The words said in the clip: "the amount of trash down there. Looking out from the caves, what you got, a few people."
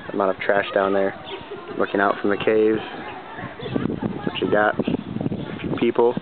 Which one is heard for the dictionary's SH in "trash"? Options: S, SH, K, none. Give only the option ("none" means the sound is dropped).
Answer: SH